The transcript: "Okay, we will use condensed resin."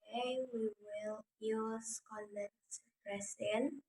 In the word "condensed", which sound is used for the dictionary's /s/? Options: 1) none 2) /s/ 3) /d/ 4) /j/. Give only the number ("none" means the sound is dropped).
1